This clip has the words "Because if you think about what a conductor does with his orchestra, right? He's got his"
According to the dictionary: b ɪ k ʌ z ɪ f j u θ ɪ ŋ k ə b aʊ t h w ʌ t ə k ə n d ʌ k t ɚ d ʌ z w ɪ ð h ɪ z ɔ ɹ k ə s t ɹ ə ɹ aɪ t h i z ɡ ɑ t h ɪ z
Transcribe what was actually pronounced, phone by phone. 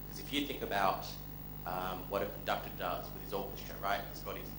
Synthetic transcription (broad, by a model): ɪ k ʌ z ɪ f j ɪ θ ɪ ŋ k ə b aʊ t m w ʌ t ə k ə n d ʌ k t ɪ d ʌ z w ɪ ð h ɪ z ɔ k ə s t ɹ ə ɹ aɪ t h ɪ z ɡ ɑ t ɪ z